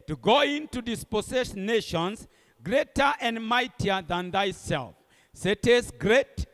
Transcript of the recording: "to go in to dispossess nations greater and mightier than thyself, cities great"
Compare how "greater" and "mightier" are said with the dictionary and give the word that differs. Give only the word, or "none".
none